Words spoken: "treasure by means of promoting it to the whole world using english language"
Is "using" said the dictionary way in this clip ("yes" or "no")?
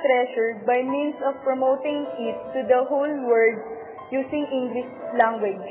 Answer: no